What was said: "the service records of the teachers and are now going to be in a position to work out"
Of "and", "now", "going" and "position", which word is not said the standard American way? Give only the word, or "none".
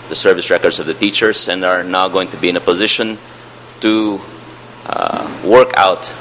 none